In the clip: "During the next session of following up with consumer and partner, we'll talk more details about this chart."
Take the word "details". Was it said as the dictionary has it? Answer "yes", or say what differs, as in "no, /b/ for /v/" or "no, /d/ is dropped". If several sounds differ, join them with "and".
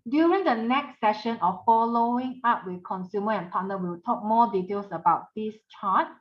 no, /s/ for /z/